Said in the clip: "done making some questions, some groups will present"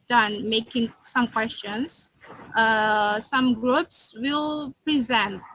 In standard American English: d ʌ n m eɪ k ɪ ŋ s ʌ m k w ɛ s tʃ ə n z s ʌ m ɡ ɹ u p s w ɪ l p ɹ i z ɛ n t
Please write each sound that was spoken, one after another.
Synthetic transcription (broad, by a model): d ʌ n m eɪ k ɪ ŋ s ʌ m k w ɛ s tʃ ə n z s ʌ m ɡ ɹ u p s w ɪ l p ɹ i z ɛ n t